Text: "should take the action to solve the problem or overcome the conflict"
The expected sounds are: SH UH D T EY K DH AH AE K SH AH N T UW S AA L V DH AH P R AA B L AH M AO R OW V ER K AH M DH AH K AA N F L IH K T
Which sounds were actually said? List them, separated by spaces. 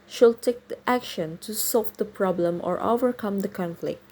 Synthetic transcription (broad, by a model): SH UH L T EY K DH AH AE K SH AH N T UW S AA L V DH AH P R AA B L AH M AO R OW V ER K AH M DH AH K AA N F L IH K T